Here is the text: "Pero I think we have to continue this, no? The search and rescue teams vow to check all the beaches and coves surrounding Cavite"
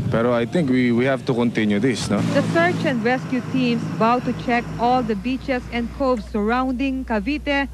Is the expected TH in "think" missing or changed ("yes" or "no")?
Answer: yes